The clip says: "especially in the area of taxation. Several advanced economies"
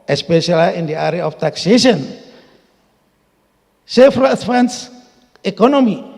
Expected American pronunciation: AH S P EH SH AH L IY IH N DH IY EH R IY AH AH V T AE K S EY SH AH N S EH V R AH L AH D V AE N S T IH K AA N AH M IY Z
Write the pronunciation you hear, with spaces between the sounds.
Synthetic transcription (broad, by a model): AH S P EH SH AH L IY IH N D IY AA R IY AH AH F T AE K S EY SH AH N S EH F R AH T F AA N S IH K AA N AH M IY